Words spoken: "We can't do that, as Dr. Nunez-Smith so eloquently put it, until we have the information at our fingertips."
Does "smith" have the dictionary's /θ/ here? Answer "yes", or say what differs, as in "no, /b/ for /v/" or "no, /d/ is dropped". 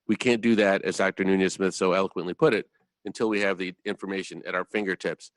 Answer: yes